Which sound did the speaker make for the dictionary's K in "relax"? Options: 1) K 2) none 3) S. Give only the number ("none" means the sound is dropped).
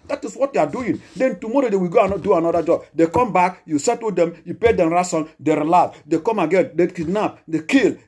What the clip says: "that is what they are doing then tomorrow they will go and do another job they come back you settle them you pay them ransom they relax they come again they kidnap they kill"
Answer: 2